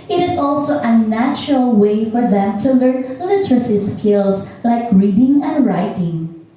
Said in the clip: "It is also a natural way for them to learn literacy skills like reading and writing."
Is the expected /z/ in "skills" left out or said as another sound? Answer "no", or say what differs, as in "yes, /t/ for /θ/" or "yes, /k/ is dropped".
yes, /s/ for /z/